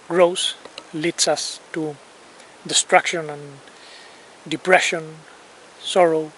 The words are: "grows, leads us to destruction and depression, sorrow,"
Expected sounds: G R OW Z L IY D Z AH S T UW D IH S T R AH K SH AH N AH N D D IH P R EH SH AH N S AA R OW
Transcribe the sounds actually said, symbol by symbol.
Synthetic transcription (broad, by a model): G R OW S L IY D S AH S T UW D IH S T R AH K SH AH N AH N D D IH P R EH SH AH N S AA R OW